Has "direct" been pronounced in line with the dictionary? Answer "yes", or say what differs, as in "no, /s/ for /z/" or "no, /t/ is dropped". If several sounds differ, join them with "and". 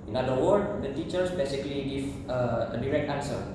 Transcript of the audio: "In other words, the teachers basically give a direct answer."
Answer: yes